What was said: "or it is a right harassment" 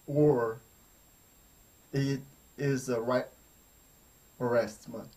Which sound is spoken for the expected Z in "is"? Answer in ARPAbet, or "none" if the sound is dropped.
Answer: Z